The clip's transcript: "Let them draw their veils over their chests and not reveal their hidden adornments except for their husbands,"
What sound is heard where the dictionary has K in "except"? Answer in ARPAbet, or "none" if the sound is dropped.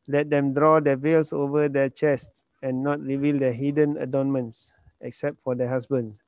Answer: K